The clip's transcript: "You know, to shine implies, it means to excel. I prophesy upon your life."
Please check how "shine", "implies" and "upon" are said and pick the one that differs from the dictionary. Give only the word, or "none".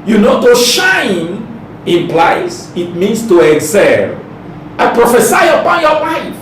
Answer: implies